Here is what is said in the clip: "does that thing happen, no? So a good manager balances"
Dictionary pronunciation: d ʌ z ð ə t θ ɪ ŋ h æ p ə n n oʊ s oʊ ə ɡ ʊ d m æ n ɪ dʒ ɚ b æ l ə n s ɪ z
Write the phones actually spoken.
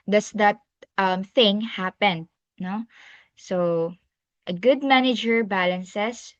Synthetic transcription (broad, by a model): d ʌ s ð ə t θ ɪ ŋ h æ p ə n n oʊ s oʊ ə ɡ ʊ d m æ n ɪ dʒ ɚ b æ l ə n s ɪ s